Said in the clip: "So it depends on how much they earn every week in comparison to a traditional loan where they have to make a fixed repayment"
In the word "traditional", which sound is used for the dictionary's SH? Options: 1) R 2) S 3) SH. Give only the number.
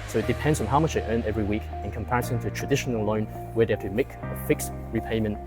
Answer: 3